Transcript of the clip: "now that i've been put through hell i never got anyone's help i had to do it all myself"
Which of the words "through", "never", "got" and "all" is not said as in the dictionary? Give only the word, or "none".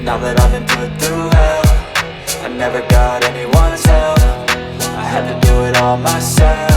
through